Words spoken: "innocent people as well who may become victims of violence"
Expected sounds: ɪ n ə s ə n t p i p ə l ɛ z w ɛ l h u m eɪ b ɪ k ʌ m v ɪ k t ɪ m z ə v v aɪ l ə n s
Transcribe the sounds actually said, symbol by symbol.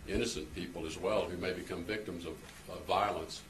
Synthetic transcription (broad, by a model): ɪ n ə s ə n p i p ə l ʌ z w ɛ l h u m eɪ b ɪ k ʌ m v ɪ k t ɪ m z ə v v aɪ l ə n s